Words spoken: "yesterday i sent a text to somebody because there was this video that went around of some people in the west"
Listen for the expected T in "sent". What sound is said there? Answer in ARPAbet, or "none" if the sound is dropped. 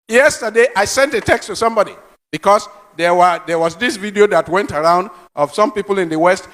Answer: T